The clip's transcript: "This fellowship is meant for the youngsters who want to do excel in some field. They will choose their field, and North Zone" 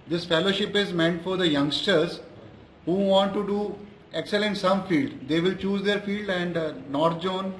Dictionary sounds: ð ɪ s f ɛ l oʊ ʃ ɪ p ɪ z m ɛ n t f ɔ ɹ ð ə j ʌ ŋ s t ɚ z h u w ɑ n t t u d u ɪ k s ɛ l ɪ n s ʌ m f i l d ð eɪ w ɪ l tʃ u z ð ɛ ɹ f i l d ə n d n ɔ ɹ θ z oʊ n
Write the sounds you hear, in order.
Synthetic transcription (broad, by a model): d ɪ s f ɛ l oʊ ʃ ɪ p ɪ z m ɛ n t f ɔ ɹ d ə j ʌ ŋ s t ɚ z h u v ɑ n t t u d u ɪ k s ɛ l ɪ n s ʌ m f i l d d eɪ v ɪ l tʃ u z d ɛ ɹ f i l d ə n d n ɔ ɹ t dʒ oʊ n